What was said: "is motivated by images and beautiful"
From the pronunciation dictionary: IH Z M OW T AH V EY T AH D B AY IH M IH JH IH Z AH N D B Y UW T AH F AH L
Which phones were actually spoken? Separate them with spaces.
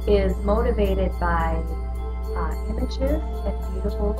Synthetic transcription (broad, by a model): IH Z M OW T AH V EY T AH D B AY IH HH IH SH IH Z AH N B Y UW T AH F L